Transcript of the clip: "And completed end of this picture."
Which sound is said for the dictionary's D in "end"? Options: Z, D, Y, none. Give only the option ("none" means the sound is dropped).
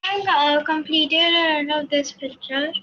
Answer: none